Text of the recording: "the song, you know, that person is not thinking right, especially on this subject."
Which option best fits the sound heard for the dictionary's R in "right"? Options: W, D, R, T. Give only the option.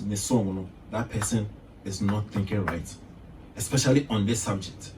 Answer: R